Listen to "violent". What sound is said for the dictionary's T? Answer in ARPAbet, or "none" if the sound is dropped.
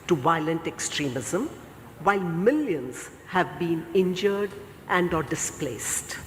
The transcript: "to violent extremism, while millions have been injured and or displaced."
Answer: T